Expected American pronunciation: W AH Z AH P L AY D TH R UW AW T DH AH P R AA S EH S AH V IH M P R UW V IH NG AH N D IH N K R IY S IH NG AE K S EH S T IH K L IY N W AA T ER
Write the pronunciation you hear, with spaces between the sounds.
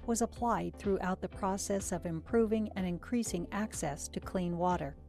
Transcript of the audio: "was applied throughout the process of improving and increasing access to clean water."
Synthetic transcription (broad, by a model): W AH Z AH P L AY D TH R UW AW T DH AH P R AA S EH S AH V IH M P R UW V IH NG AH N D IH N K R IY S IH NG AE K S EH S T IH K L IY N W AA T ER